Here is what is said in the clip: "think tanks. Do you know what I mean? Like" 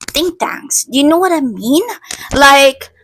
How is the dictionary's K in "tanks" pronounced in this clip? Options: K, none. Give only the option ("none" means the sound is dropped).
none